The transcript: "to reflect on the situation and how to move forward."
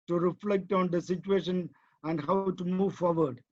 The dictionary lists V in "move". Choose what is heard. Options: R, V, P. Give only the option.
V